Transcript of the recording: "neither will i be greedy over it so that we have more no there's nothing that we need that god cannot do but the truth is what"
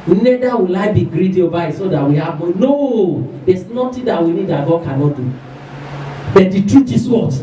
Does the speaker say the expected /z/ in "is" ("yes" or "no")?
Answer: no